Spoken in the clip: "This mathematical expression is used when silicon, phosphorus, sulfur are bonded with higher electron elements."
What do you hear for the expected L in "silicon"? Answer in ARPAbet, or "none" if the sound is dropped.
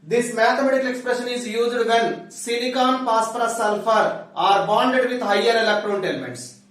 N